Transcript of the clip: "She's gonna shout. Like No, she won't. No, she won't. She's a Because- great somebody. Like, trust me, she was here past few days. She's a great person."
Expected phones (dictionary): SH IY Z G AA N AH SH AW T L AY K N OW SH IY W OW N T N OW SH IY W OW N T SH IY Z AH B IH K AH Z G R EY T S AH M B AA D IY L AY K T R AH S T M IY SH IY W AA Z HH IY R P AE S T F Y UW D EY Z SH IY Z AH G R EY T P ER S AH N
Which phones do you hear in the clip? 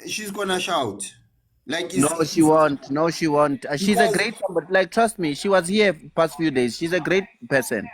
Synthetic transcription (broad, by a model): SH IY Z G AA N AH SH AW T L AY K N OW SH IY W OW N T N OW SH IY W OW N T AH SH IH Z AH G R EY T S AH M B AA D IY L AY K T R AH S T M IY SH IY W AA Z HH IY P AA S T F Y UW D EY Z SH IY Z AH G R EY T P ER S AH N